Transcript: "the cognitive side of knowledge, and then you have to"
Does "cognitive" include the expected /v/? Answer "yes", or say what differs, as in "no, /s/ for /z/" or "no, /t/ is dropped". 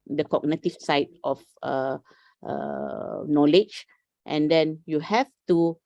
no, /f/ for /v/